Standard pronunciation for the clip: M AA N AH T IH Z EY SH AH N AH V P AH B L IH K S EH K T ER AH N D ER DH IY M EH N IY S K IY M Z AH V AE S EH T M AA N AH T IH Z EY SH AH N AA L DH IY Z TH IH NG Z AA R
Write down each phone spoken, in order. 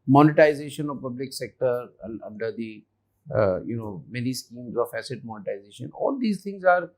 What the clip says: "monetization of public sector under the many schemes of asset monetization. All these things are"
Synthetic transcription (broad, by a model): M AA N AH T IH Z EY SH AH N AH V P AH B L IH K S EH K T ER AH N D ER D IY M EH N IY S K IY M Z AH F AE S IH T M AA N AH T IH Z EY SH AH N AA L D IY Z T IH NG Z AA R